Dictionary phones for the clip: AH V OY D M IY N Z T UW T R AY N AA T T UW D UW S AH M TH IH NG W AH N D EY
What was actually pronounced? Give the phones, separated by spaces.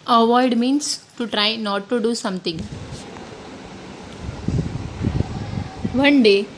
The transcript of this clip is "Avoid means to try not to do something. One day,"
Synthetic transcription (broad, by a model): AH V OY D M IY N S T UW T R AY N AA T T UW D UW S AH M T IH NG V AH N D EY